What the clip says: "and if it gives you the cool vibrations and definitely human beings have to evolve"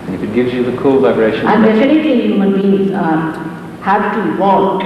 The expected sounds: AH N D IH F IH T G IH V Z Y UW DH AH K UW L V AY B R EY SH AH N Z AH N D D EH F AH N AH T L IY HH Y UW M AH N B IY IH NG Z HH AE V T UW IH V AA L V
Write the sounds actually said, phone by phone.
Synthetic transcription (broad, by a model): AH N IH F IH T G IH V Z Y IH DH AH K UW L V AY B R EY SH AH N AH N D D EH F AH N AH T L IY HH Y UW M AH N B IY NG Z HH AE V T UW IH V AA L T